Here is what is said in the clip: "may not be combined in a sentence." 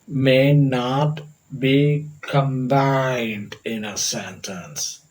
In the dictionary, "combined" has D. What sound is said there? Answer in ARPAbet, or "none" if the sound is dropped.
D